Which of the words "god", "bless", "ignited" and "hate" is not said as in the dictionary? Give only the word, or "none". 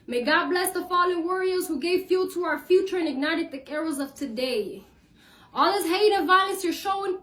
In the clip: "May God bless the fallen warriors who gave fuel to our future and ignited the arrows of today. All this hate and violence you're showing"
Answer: hate